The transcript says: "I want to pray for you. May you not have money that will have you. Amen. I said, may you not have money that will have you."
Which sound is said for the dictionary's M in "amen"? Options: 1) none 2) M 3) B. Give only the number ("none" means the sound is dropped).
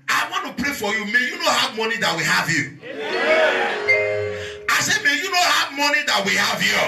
1